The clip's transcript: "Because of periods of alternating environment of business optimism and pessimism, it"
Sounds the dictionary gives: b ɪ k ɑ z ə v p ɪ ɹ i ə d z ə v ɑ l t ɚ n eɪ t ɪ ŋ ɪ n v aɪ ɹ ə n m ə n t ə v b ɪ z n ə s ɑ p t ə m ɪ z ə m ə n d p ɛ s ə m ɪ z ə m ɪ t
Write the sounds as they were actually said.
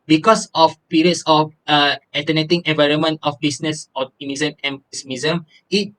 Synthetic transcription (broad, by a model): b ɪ k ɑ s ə f p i ɹ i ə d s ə f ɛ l t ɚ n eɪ t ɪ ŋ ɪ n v aɪ ɹ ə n m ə n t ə f b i s n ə s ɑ t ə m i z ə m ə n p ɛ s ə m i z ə m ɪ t